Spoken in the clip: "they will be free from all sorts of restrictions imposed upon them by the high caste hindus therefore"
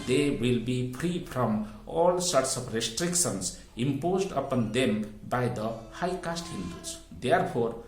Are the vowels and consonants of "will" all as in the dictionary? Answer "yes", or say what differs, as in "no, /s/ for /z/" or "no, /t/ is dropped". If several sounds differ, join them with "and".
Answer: yes